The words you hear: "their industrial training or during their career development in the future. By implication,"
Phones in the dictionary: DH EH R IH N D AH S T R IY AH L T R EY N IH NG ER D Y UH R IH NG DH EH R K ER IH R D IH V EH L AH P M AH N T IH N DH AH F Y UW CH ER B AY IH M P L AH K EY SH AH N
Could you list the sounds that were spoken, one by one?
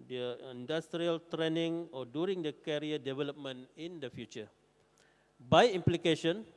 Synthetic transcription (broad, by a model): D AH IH N D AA S T R IY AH L T R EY N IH NG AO D Y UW R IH NG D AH K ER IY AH D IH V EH L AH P M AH N IH N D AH F Y UW CH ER B AY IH M P L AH K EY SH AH N